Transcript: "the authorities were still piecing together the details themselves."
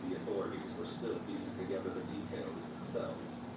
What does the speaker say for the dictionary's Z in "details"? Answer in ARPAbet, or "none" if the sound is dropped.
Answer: Z